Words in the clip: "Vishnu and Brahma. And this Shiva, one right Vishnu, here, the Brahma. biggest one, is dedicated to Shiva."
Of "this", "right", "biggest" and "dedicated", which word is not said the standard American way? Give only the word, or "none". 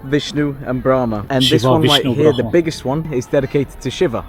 right